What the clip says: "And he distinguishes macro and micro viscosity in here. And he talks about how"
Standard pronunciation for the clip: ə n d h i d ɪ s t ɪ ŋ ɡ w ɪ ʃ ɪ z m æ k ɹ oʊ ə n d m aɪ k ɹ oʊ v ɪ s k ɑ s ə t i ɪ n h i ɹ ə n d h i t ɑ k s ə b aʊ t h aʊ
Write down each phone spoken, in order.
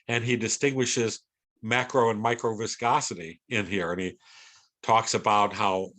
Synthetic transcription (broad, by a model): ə n i d ɪ s t ɪ ŋ ɡ w ɪ ʃ ɪ z m æ k ɹ oʊ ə n m aɪ k ɹ oʊ v ɪ s k ɑ s ə t i ɪ n h i ɹ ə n i t ɑ k s ə b aʊ t h aʊ